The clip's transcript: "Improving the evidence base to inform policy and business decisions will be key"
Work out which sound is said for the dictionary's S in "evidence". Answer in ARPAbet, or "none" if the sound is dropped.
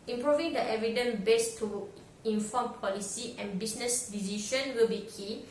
none